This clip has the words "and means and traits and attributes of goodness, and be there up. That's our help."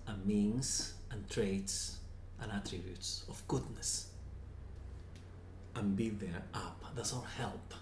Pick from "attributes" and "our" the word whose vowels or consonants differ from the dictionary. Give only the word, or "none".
our